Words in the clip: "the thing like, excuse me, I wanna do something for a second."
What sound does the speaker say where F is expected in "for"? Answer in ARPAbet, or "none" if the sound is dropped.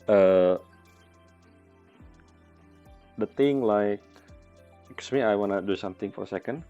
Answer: F